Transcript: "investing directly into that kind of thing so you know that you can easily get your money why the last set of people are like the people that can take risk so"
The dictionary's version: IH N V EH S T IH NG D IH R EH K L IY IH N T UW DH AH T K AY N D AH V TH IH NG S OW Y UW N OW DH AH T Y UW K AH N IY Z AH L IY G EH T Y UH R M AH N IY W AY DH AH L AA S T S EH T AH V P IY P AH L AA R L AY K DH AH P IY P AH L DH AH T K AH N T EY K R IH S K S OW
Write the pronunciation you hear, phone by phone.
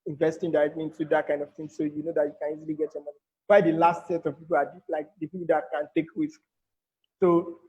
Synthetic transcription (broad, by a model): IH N V EH S T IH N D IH EH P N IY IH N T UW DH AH T K AY N D AH V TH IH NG S OW Y UW N OW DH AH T Y UW K AH N IY Z AH L IY G EH T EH M AH N IY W AY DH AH L AA S T S EH T AH V P IY P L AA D L AY K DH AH P IY P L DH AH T K AH N T EY K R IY S K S OW